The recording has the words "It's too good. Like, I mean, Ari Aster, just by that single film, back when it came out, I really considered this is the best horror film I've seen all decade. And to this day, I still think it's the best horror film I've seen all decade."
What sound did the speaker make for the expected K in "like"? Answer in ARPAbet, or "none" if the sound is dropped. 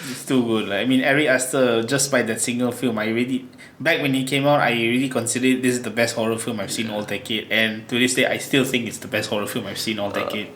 none